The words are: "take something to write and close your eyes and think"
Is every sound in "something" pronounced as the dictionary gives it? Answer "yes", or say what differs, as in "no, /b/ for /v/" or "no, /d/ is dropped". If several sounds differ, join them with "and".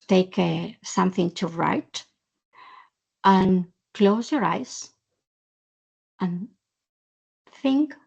yes